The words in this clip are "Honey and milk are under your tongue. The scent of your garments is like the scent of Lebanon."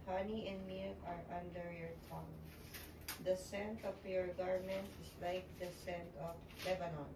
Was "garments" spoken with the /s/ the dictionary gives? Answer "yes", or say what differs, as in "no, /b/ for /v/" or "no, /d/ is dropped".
no, /s/ is dropped